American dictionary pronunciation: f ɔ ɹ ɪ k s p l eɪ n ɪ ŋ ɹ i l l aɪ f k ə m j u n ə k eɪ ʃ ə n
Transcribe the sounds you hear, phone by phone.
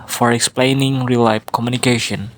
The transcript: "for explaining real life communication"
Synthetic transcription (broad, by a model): f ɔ ɹ ɪ k s p l eɪ n ɪ ŋ ɹ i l l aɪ p k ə m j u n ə k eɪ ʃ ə n